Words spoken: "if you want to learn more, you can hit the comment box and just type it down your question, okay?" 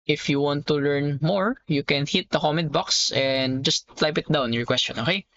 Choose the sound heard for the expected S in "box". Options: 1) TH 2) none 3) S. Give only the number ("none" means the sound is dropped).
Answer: 3